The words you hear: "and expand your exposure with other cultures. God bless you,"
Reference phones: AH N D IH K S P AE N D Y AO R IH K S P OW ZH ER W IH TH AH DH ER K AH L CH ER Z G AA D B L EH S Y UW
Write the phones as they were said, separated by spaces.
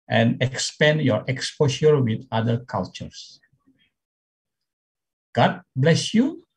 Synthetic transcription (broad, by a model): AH N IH K S P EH N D Y AO R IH K S P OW SH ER W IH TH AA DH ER K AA L CH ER S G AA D B L EH S Y UW